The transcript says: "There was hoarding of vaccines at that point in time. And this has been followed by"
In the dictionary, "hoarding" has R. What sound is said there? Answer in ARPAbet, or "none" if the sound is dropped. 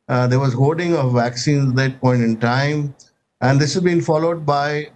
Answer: L